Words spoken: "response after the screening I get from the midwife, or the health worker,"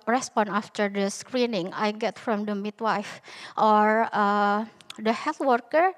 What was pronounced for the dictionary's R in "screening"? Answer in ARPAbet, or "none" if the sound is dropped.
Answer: R